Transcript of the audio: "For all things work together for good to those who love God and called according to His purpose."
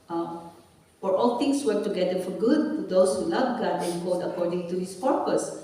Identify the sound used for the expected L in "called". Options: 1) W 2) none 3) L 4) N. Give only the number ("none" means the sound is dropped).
2